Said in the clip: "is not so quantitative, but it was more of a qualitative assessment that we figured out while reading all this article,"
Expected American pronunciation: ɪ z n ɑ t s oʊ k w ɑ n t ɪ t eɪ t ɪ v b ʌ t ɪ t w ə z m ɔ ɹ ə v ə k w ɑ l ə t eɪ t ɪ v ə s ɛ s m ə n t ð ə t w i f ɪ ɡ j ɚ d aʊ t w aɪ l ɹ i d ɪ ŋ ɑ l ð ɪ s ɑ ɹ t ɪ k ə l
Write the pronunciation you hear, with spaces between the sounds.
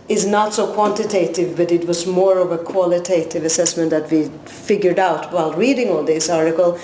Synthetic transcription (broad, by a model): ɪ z n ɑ t s oʊ k w ɑ n t ɪ t eɪ t ɪ v b ʌ t ɪ t w ə z m ɔ ɹ ə v ə k w ɑ l ə t eɪ t ɪ v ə s ɛ s m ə n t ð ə t w i f ɪ ɡ j ɚ d aʊ t w aɪ l ɹ i d ɪ ŋ ɑ l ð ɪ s ɑ ɹ t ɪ k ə l